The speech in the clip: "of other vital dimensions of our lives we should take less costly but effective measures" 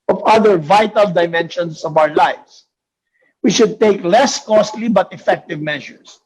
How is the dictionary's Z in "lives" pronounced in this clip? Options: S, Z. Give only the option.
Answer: S